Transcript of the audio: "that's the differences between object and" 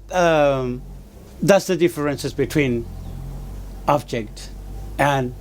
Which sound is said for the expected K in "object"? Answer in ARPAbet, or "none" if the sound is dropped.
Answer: K